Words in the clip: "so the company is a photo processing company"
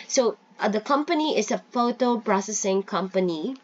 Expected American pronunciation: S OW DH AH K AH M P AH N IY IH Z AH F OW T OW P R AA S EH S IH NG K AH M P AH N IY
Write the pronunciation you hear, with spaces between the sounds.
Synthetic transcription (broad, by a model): S OW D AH K AH M P AH N IY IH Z AH F OW T OW P R AA S EH S IH NG K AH M P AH N IY